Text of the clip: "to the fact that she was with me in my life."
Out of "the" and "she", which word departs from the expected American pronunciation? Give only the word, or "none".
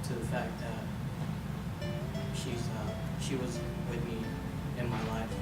none